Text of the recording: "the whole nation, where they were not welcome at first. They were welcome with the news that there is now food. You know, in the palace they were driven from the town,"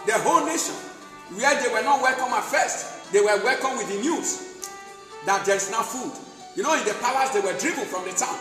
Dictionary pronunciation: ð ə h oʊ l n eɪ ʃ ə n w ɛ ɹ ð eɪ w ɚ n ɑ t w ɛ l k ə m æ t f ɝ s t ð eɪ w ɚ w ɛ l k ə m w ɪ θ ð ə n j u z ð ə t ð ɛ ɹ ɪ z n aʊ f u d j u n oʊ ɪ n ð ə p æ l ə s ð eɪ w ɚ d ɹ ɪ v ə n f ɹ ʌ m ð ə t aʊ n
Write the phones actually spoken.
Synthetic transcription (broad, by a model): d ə h oʊ l n eɪ ʃ ə n w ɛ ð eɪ w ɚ n ɑ t w ɛ l k ə m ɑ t f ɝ s t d eɪ w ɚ w ɛ l k ə m w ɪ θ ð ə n j u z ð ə t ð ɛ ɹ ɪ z n aʊ f u d j u n oʊ ɪ n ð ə p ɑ w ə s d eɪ w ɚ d ɹ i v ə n f ɹ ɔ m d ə t aʊ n